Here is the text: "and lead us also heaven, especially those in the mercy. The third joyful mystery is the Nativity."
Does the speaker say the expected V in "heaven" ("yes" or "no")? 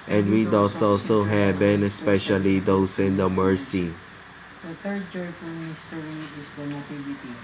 no